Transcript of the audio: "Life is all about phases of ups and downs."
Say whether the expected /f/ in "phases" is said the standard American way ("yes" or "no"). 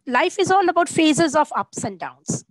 yes